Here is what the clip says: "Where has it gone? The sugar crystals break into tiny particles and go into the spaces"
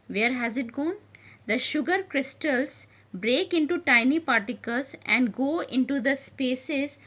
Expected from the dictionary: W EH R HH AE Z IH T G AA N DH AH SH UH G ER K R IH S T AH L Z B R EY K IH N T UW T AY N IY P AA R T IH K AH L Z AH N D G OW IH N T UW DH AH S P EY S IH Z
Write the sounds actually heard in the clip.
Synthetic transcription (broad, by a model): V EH R HH AE Z IH T G AA N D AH SH UH G ER K R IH S T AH L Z B R EY K IH N T UW T AY N IY P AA R T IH K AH L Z AH N D G OW IH N T UW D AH S P EY S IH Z